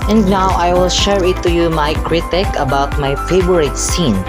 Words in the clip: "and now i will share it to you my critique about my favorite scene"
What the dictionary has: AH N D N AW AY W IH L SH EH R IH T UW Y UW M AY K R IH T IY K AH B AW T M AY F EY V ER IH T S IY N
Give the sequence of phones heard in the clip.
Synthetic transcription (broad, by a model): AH N D N AW AY W IH L SH EH R IH T UW Y UW M AY K R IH T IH K AH B AW T M AY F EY B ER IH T S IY N